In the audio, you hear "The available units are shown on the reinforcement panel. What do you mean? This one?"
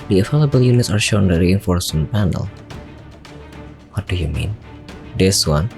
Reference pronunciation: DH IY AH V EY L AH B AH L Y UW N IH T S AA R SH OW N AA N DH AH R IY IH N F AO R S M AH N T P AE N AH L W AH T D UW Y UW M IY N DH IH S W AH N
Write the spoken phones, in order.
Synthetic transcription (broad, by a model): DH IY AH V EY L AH B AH L Y UW N IH T S AA R SH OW UH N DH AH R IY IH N F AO R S AH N P AE N AH L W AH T D UW Y UW M IY N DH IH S W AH N